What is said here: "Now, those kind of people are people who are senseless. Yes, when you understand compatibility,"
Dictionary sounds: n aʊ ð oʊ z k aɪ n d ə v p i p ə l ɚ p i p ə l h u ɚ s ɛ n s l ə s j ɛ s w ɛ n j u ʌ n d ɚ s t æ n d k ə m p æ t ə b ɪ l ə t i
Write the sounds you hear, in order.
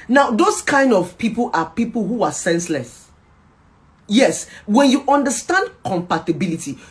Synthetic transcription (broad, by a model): n aʊ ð oʊ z k aɪ n d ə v p i p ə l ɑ p i p ə l h u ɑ s ɛ n s l ə s j ɛ s w ɛ n j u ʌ n d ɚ s t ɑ n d k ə m p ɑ t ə b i l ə t i